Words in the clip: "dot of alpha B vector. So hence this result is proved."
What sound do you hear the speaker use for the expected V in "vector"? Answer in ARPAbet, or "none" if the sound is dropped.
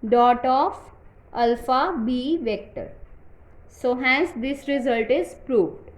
V